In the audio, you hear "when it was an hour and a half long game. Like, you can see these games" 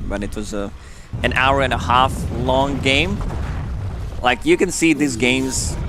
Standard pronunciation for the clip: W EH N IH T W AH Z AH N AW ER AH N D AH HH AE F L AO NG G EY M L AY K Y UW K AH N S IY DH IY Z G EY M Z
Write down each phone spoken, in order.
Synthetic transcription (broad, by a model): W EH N IH T W AH Z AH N AW ER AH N AH HH AE F L AO NG G EY M L AY K Y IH K AH N S IY DH IY Z G EY M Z